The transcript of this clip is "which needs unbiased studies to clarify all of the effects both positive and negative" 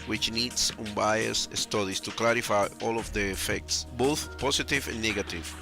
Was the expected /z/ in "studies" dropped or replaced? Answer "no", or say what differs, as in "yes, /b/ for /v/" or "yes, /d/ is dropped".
yes, /s/ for /z/